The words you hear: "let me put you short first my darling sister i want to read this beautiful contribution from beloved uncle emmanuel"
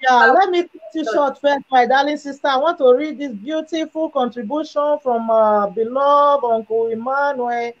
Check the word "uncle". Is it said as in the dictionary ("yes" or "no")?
no